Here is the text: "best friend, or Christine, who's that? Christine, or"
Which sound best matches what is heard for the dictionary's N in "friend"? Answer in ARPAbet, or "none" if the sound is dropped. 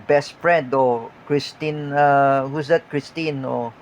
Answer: N